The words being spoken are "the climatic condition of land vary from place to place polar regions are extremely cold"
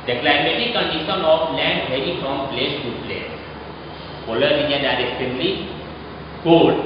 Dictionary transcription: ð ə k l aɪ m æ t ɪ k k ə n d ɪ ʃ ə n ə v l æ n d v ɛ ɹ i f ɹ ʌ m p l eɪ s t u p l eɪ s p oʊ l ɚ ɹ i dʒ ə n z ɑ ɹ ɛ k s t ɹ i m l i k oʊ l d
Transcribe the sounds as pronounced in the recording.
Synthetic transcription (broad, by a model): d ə k l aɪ m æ t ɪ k k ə n d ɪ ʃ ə n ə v l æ n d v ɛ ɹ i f ɹ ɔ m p l eɪ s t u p l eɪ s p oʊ l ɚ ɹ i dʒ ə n ɑ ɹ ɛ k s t i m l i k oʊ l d